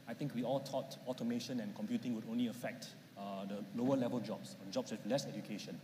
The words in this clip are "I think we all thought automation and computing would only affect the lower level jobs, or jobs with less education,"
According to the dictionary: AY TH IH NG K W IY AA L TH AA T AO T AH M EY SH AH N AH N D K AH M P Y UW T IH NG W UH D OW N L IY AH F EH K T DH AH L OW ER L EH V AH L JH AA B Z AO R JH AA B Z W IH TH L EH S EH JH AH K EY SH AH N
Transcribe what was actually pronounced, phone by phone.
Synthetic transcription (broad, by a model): AY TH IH NG K W IY AA L T AA T AO T AH M EY SH AH N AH N K AH M P Y UW T IH NG W UH D OW N L IY AH F EH K T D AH L OW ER L EH V AH L JH AA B S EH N JH AA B S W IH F L EH S EH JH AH K EY SH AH N